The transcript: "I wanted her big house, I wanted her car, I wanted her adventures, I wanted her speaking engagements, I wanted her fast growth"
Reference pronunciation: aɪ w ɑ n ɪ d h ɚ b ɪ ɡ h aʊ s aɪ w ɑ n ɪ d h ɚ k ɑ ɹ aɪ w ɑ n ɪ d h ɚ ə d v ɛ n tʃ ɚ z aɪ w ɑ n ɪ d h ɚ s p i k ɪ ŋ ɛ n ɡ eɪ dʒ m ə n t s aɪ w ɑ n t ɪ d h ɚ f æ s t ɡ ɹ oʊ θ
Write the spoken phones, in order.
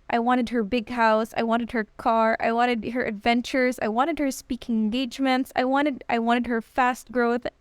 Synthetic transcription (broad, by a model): aɪ w ɑ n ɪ d h ɚ b ɪ ɡ h aʊ s aɪ w ɑ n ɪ d h ɚ k ɑ ɹ aɪ w ɑ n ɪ d h ɚ ə d v ɛ n tʃ ɚ z aɪ w ɑ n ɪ d h ɚ s p i k ɪ ŋ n ɡ eɪ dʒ m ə n t s aɪ w ɑ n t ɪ d h ɚ f æ s t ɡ ɹ oʊ θ